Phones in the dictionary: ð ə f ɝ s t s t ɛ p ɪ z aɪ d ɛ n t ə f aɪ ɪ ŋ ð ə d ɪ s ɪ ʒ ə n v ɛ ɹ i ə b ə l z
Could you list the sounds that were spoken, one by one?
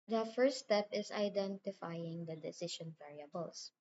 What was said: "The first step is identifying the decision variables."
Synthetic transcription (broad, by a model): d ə f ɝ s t s t ɛ p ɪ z aɪ d ɛ n t ə f aɪ ɪ ŋ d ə d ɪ s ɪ ʃ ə n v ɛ ɹ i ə b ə l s